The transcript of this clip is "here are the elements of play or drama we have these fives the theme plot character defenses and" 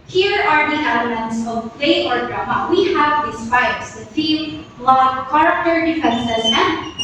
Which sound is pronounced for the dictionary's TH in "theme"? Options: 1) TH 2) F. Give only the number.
2